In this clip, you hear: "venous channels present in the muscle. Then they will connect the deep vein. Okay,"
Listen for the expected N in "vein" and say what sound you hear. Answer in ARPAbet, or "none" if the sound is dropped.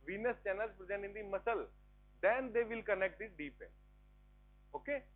none